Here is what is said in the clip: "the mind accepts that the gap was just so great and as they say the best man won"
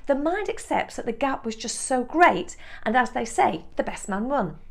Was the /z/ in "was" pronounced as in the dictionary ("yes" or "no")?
yes